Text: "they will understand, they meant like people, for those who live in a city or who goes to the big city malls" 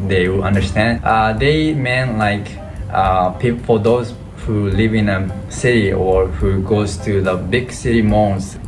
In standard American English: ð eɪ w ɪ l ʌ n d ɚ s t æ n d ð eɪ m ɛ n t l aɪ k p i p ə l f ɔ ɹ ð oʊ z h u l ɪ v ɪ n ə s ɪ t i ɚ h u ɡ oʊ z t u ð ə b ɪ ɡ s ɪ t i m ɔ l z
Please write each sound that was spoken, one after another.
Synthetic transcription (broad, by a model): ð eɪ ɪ w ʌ n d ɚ s t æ n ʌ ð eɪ m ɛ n l aɪ k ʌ p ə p f ɔ ɹ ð oʊ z h u l ɪ v ɪ n ə s ɪ t i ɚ h u ɡ oʊ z t u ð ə b ɪ ɡ s ɪ t i m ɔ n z